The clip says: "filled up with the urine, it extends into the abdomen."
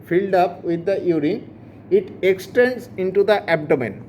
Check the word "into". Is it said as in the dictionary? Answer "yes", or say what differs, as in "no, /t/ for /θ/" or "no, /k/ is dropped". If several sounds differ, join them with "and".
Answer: yes